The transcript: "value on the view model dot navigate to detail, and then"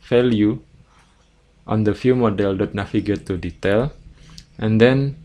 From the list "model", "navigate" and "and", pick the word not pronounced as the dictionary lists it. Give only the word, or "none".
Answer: navigate